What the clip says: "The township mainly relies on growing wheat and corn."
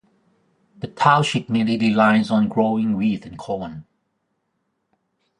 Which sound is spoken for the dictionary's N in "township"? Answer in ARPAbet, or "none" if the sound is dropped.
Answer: none